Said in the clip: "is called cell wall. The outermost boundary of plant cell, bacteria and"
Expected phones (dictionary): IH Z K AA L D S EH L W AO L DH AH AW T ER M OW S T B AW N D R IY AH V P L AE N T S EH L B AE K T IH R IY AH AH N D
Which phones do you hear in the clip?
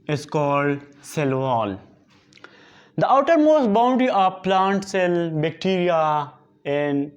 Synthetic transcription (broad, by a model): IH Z K AA L D S EH L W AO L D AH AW T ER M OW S B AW N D IY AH P L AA N T S EH L B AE K T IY R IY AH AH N D